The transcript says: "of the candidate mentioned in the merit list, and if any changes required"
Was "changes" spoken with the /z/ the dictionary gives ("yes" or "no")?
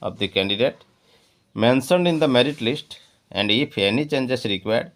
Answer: no